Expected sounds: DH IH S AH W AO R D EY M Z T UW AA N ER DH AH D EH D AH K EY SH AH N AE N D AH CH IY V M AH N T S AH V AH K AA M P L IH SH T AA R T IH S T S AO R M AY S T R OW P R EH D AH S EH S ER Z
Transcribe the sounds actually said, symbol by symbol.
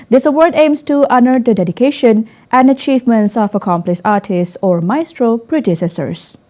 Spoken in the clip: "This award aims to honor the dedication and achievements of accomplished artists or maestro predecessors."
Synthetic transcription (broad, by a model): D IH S AH W AO R D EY M S T UW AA N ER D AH D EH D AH K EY SH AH N AE N D AH CH IY V M AH N T S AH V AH K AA M P L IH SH AA R T IH S T S AO R M AY S T R OW P R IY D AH S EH S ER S